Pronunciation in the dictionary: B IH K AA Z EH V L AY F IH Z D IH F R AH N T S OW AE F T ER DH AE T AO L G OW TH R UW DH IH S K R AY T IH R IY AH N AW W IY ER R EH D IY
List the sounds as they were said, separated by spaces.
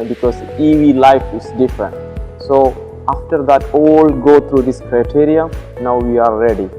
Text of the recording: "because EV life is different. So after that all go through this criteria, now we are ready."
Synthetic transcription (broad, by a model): B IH K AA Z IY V L AY F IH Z D IH F R AH N T S OW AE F T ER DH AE T AO L G OW T R UW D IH S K R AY T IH R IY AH N AW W IY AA R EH D IY